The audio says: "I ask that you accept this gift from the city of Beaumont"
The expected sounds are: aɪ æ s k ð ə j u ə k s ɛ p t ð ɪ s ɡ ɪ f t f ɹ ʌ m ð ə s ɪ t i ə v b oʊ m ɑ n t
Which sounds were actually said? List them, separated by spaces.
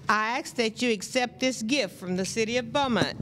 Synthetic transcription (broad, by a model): aɪ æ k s ð ə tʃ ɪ ə k s ɛ p t ð ɪ s ɡ ɪ f t f ɹ ʌ m ð ə s ɪ t i ə v b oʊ m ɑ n